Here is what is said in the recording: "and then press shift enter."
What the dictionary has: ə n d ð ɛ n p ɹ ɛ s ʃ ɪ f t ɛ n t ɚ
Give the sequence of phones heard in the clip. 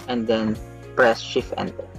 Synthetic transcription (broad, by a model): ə n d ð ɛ n p ɹ ɛ s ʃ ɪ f ɛ n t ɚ